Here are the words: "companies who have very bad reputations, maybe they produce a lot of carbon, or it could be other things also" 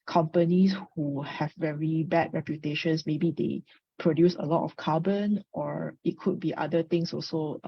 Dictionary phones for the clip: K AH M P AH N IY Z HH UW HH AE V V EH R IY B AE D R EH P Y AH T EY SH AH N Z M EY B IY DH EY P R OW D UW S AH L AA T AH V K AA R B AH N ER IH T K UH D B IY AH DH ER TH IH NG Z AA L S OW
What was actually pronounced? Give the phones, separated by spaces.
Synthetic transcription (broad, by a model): K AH M P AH N IY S HH UW HH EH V V EH R IY B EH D R EH P Y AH T EY SH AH N S M EY B IY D EY P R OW D UW S AH L AA T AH F K AA B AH N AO IH T K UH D B IY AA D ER T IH NG S AA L S OW